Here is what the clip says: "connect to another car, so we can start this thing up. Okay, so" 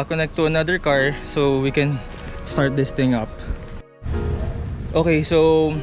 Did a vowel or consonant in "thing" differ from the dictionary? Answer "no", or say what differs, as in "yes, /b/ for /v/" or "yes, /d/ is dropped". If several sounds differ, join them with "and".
yes, /t/ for /θ/